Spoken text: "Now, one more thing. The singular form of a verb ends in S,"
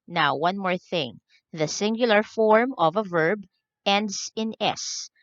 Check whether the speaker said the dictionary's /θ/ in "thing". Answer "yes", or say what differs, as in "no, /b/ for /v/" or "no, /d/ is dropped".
yes